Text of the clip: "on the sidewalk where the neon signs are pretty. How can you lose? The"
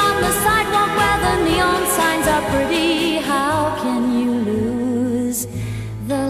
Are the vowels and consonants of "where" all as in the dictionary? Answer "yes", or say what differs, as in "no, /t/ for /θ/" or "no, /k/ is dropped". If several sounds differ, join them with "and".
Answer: no, /l/ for /ɹ/